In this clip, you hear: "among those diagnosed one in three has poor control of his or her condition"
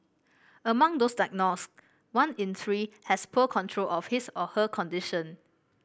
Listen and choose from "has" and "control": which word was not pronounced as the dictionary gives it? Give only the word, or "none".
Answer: has